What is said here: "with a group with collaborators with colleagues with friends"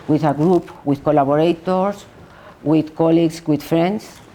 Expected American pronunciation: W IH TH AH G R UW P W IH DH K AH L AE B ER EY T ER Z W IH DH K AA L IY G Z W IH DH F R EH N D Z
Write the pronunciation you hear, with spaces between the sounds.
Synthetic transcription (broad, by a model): W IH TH AH G R UW P W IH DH K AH L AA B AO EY T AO S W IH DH K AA L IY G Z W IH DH F R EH N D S